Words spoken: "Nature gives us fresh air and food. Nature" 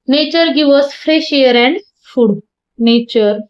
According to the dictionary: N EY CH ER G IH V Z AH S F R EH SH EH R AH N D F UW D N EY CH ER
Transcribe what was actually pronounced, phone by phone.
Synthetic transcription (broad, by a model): N EY CH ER G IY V AH S F R EH SH EH R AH N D F UW D N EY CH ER